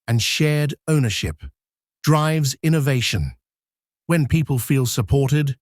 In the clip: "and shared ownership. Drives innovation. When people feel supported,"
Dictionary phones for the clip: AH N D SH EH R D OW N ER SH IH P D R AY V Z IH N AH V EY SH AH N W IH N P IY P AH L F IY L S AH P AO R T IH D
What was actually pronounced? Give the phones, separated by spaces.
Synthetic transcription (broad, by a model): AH N SH EH R D OW N ER SH IH P D R AY V Z IH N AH V EY SH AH N W IH N P IY P AH L F IY L S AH P AO R T IH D